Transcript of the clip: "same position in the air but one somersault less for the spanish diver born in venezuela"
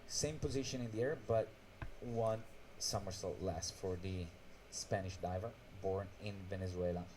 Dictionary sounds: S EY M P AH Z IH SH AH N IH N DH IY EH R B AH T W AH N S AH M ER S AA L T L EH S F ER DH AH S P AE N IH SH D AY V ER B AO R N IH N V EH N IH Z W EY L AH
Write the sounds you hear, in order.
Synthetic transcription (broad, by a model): S EY M P AH Z IH SH AH N IH N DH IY EH R B AH T W AH N S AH M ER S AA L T L EH S F ER DH AH S P AE N IH SH D AY V ER B AO R N IH N V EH N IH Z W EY L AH